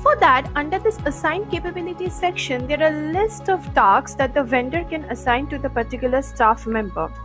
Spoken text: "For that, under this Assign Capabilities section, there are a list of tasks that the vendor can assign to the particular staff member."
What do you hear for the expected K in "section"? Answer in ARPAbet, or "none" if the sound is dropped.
K